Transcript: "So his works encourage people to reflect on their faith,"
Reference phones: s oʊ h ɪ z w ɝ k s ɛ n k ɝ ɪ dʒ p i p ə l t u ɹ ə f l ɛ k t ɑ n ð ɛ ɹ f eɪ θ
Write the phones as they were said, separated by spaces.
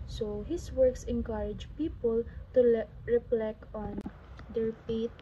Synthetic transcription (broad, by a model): s oʊ h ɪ s w ɝ k s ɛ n k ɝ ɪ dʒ p i p ə l t u ɹ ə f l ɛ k ɑ n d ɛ ɹ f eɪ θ